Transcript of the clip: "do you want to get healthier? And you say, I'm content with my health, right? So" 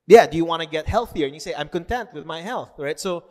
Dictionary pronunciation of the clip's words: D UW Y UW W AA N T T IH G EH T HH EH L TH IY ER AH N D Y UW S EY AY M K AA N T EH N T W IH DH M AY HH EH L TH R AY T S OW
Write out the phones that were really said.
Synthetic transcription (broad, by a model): D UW Y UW W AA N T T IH G EH T HH EH L TH IY ER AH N Y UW S EY AY M K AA N T EH N T W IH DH M AY HH EH L TH R AY T S OW